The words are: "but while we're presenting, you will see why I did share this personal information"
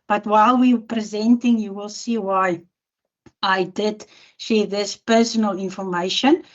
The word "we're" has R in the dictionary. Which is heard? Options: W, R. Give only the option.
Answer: W